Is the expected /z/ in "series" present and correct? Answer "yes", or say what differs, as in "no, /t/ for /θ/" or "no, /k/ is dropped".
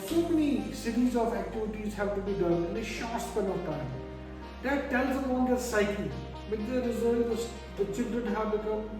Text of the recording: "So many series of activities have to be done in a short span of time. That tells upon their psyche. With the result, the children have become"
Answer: yes